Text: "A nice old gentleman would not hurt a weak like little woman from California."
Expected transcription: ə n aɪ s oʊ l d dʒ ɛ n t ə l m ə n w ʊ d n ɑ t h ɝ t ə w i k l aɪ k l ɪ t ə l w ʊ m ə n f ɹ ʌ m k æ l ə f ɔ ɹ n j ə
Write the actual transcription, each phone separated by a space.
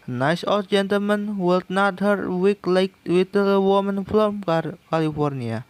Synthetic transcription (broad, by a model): n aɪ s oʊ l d dʒ ɛ n t ə l m ə n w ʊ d n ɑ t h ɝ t w i k l aɪ k w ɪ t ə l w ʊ m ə n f l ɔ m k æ l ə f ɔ ɹ n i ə